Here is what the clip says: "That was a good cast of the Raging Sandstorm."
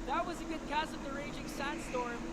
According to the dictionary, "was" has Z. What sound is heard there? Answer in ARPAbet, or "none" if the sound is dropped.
Z